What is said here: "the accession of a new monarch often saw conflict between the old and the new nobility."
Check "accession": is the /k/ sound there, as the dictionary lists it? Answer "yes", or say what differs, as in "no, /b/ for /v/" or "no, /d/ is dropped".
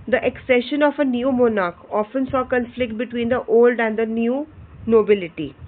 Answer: yes